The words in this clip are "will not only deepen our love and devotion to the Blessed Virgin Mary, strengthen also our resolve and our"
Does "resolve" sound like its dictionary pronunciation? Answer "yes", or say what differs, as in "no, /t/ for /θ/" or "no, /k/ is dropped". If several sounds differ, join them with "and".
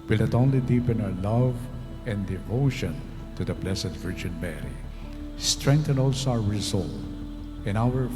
no, /v/ is dropped